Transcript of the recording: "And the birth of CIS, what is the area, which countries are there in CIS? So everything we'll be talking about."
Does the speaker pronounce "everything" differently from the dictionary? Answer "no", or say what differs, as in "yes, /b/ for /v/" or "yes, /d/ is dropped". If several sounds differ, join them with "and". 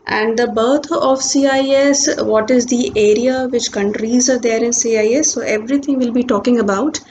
yes, /t/ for /θ/